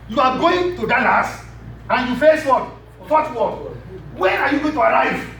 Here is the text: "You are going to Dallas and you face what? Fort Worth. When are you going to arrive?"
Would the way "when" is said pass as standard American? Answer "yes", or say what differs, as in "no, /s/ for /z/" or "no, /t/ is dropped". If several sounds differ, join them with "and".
no, /n/ is dropped